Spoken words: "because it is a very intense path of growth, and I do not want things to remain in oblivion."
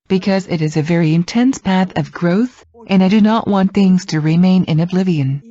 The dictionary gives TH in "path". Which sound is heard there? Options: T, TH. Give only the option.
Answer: TH